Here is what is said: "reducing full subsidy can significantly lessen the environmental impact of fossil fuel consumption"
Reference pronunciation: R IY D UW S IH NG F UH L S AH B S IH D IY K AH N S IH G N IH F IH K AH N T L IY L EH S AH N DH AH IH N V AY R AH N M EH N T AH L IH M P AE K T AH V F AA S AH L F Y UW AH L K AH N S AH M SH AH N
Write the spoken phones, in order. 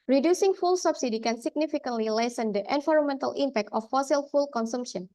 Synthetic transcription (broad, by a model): R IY D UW S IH NG F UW L S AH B S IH D IY K AH N S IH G N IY F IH K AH N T L IY L EH S AH N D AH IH N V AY R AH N M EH N T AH L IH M P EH K T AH F AA S AH L F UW L K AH N S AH M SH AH N